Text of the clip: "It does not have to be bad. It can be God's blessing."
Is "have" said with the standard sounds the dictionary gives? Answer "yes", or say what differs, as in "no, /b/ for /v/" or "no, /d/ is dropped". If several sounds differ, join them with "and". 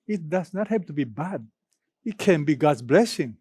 no, /p/ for /v/